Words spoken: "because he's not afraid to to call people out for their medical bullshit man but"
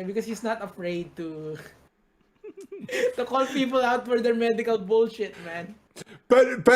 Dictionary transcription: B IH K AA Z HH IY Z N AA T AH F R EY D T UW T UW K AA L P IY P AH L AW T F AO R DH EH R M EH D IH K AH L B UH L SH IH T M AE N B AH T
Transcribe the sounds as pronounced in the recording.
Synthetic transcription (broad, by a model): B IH K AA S HH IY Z N AA T AH F R EY D T UW T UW K AA L P IY P AH L AW T F AO R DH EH R M EH D IH K AH L B UH L SH IH T M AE N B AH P